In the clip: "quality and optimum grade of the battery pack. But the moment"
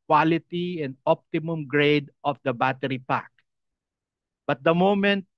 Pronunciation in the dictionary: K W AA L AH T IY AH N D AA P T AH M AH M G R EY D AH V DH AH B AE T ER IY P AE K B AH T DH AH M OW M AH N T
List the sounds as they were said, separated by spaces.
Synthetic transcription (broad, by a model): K W AA L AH T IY AH N D AA P T AH M AH M G R EY D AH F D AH B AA T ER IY P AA K B AH T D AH M OW M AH N T